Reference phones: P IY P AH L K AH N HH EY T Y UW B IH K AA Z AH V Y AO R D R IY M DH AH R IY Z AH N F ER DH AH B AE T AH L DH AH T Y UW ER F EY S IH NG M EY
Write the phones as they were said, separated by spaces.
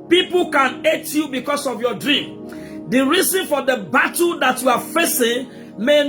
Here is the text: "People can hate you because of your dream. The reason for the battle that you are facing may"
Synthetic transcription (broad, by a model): P IY P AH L K AH N EY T Y UW B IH K AA S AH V Y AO D R IY M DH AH R IY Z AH N F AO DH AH B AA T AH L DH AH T Y UW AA F EY S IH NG M EY